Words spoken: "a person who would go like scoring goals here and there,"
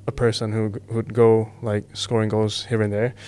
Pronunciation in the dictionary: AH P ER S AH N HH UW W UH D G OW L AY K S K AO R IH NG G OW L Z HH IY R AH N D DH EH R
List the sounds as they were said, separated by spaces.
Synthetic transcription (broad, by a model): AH P ER S AH N HH UW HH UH D G OW L AY K S K AO R IH NG G OW Z HH IY R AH N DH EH R